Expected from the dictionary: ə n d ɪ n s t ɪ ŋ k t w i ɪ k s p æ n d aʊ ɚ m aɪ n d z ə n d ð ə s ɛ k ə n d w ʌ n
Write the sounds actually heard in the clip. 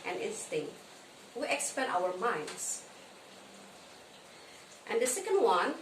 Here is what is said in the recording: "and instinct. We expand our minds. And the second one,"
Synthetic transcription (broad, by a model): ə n ɪ n s t ɪ ŋ k t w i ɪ k s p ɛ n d aʊ ɚ m aɪ n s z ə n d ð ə s ɛ k ə n d w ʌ n